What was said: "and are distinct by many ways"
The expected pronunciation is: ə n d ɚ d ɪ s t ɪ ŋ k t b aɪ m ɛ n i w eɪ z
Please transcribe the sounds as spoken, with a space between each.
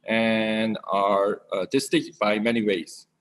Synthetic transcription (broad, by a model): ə n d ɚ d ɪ s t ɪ k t b aɪ m ɛ n i w eɪ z